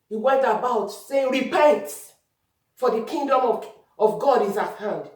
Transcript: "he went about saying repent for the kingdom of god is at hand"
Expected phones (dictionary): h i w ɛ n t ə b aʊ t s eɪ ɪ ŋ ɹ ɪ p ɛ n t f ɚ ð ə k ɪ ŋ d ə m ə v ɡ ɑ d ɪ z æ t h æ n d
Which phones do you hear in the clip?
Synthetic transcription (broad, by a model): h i w ɛ n t ə b aʊ t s eɪ ɹ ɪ b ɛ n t f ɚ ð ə k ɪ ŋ d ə m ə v ɡ ɑ d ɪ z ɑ t h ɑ n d